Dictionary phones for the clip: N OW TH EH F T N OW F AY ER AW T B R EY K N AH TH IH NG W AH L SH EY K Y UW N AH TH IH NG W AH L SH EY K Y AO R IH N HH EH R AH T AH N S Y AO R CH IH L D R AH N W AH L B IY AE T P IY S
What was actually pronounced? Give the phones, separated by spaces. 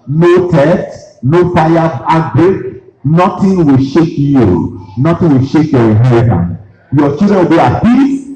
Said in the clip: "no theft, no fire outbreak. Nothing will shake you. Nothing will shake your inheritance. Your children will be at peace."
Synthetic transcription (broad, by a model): N OW T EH T N OW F AY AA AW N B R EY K N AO T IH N W AH L SH EY K Y UW N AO T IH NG W AH L SH EY K Y AO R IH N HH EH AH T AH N Y AO CH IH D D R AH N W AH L B IY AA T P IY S